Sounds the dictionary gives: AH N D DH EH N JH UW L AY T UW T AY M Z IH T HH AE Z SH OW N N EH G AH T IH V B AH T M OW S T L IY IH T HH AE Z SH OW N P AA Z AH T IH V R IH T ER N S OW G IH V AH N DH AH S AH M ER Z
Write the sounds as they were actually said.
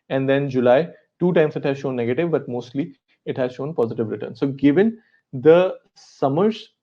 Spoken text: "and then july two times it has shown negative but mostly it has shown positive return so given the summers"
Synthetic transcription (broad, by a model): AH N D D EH N JH UW L AY T UW T AY M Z IH T HH AE Z SH OW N N EH G AH T IH V B AH T M OW S T L IY IH T HH AE Z SH OW N P AA Z AH T IH V R IH T ER N S OW G IH V AH N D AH S AH M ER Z